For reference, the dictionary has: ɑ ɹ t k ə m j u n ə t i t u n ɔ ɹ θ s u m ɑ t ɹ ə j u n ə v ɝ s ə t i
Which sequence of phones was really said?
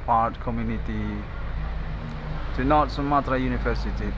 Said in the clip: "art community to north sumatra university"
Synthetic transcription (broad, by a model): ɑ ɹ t k ə m j u n ə t i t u n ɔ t s u m ɑ t ɹ ə j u n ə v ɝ s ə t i